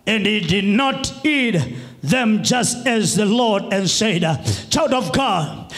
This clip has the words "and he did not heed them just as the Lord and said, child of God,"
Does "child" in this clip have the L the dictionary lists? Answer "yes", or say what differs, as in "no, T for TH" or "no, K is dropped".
no, W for L